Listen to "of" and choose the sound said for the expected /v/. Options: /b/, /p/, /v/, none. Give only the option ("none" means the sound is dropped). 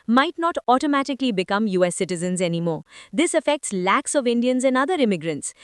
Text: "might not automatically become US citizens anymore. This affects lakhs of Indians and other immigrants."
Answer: /v/